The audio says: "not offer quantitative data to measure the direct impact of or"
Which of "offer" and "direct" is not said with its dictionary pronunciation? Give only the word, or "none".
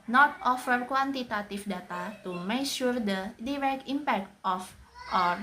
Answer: direct